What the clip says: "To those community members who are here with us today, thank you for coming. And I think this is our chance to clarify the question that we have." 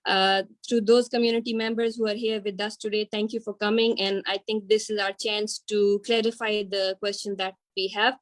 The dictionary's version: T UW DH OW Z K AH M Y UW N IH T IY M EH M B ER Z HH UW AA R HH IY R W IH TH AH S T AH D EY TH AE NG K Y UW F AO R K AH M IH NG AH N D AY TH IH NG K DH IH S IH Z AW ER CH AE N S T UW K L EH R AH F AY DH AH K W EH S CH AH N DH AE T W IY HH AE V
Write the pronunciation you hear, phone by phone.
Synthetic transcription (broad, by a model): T UW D OW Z K AH M Y UW N IH T IY M EH M B ER Z HH UW AA R HH IY R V IH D AH S T AH D EY T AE NG K Y UW F AO R K AH M IH NG AH N D AY T IH NG K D IH S IH Z AW ER CH AE N S T UW K L EH R AH F AY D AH K W EH S CH AH N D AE T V IY HH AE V